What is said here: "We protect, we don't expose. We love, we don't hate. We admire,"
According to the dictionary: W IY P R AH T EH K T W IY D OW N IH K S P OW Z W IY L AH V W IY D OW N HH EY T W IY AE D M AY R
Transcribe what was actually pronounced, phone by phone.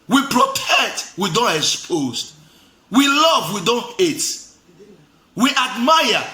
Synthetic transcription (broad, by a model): W IY P R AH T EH T W IY D OW N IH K S P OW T W IY L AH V W IY D OW N HH EY T W IY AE D M AY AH